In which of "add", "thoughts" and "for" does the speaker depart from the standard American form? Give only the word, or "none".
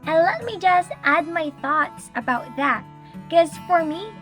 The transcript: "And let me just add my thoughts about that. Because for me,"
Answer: none